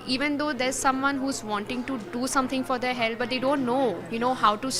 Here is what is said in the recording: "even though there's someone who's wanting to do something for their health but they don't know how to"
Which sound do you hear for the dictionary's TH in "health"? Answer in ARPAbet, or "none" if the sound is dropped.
T